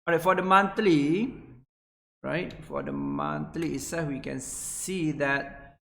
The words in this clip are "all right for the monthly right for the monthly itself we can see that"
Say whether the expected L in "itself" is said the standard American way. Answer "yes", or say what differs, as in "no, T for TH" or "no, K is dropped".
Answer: no, L is dropped